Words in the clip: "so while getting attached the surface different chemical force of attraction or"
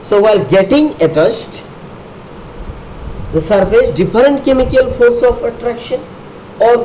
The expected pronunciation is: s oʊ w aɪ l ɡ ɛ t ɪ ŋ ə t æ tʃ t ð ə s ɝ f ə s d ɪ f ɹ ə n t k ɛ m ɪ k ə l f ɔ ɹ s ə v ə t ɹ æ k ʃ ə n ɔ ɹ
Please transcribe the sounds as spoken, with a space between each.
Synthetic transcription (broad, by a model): s oʊ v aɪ l ɡ ɛ t ɪ ŋ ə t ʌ s t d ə s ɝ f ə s d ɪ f ɹ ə n t k ɛ m ɪ k ə l f ɔ ɹ s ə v ə t ɹ æ k ʃ ə n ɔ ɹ